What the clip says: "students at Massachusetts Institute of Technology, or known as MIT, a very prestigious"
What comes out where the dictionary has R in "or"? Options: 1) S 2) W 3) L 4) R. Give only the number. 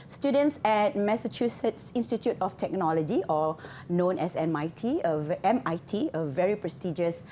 3